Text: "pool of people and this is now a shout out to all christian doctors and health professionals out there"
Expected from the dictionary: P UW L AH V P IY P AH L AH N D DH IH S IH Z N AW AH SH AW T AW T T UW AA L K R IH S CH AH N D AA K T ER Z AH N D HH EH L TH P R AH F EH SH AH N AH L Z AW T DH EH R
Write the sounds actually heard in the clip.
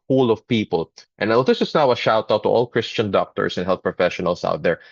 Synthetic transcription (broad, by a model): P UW L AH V P IY P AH L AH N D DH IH S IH S N AW AH SH AW T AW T T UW AA L K R IH S CH AH N D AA K T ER S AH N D HH EH L TH P R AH F EH SH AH N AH L S AW T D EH R